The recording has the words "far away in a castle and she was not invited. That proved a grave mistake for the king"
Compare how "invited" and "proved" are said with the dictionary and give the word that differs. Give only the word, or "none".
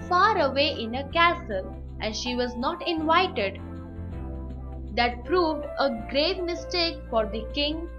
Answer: none